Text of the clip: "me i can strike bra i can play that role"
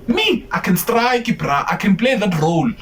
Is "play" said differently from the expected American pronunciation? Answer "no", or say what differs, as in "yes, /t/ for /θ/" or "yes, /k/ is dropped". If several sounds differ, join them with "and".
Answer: yes, /b/ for /p/